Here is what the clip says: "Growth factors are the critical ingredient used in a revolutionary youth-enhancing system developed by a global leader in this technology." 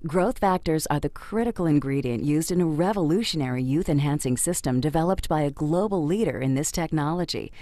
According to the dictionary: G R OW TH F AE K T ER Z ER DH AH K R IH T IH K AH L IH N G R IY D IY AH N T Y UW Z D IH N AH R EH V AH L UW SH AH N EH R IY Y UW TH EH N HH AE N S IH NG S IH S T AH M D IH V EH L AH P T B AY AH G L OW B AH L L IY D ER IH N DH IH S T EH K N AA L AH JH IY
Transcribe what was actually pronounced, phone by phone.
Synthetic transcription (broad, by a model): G R OW TH F AE K T ER Z ER DH AH K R IH T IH K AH L IH N G R IY D IY AH N T Y UW Z D IH N AH R EH V AH L UW SH AH N EH R IY Y UW TH EH N HH AE N S IH NG S IH S T AH M D IH V EH L AH P T B AY AH G L OW B L L IY D ER IH N DH IH S T EH K N AA L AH JH IY